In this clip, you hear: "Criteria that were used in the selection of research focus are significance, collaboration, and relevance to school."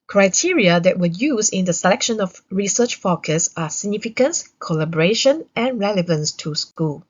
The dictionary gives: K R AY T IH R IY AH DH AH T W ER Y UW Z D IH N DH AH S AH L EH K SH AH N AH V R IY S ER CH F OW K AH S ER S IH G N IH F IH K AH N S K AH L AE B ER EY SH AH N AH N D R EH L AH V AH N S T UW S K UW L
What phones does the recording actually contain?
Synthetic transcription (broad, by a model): K R AY T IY R IY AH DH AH T W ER Y UW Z IH N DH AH S AH L EH K SH AH N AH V R IY S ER CH F OW K AH S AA S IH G N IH F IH K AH N S K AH L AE B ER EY SH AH N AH N R EH L AH V AH N S T UW S K UW L